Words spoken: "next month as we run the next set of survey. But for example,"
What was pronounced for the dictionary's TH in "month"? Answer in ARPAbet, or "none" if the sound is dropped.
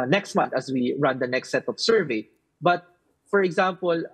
T